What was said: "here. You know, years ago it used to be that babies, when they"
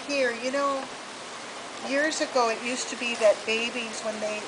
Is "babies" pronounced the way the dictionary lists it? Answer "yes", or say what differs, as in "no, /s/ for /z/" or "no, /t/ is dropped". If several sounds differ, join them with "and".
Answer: yes